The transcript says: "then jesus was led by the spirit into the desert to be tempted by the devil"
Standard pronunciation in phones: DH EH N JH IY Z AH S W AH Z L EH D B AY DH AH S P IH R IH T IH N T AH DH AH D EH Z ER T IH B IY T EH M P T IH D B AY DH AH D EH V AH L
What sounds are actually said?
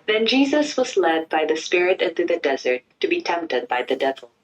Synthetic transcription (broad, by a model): DH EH N JH IY Z AH S W AH Z L EH D B AY DH AH S P IH R IH T IH N T AH DH AH D EH Z ER T IH B IY T EH M P T IH D B AY DH AH D EH V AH L